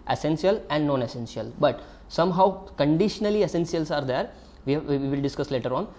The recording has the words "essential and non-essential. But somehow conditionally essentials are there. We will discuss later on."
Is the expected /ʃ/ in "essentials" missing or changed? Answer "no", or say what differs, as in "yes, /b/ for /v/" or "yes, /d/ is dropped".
yes, /s/ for /ʃ/